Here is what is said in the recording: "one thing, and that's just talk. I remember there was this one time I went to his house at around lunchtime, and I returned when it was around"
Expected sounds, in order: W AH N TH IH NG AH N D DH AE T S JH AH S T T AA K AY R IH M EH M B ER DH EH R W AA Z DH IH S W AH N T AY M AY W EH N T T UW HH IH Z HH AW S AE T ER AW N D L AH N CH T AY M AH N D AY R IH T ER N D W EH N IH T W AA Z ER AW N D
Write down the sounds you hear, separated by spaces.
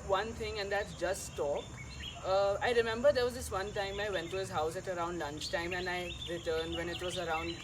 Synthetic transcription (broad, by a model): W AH N T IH NG AH N D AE T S JH AH S T T AA K AY R IH M EH M B ER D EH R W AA Z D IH S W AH N T AY M AY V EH N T T UW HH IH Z HH AW S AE T ER AW N D L AH N CH T AY M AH N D AY R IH T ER N D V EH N IH T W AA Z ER AW N D